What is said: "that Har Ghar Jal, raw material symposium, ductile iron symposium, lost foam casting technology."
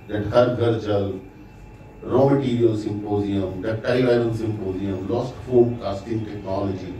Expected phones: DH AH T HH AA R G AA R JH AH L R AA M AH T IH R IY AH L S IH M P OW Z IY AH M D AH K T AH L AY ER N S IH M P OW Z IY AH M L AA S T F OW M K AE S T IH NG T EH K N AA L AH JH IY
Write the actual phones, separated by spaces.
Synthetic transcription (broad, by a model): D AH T HH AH R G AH R CH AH L R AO M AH T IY R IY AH L S IH M P OW Z IY AH M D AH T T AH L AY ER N S IH M P OW Z IY AH M L AA S T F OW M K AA S T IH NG T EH K N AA L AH JH IY